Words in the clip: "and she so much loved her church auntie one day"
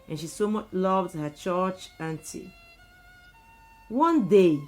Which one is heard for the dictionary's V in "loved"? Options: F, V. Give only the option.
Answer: V